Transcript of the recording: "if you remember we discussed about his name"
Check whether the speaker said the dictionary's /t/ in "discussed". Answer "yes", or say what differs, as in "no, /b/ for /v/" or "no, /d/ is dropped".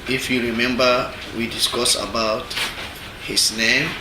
no, /t/ is dropped